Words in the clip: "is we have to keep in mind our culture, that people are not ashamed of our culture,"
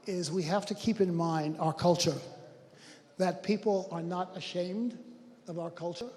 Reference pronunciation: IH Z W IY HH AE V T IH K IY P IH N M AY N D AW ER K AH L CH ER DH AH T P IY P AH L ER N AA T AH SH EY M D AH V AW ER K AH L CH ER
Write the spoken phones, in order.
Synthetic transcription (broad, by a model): IH Z W IY HH AE F T IH K IY P IH N M AY N D AW ER K AH L CH ER DH AH T P IY P L ER N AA T AH SH EY M D AH V AW ER K AH L CH ER